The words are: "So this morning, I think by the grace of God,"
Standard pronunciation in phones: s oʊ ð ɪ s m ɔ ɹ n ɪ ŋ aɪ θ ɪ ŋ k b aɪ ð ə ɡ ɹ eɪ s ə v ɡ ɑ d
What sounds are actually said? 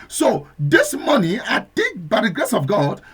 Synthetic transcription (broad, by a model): s oʊ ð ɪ s m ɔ n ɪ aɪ t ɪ k b aɪ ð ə ɡ ɹ eɪ s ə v ɡ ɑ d